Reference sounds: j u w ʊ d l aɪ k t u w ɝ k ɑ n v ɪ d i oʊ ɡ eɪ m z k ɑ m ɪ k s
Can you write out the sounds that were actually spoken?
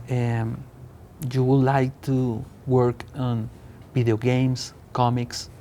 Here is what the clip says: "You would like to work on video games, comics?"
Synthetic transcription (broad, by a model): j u w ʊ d l aɪ k t u w ɝ k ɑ n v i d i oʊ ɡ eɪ m s k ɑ m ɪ k s